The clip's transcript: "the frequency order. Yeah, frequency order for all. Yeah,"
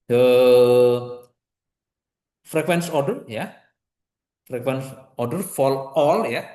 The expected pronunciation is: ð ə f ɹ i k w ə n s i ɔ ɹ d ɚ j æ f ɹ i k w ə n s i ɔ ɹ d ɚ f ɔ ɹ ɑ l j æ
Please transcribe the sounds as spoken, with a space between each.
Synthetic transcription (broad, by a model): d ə f ɹ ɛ k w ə n s ɔ ɹ d ɚ j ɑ f ɹ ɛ k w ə n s ɔ ɹ d ɚ f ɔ l ɑ l j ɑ